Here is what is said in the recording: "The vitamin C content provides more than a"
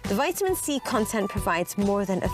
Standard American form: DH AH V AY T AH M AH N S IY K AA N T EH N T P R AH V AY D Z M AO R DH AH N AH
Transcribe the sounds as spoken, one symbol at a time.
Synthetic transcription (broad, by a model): DH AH V AY T AH M AH N S IY K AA N T EH N P R AH V AY D Z M AO R DH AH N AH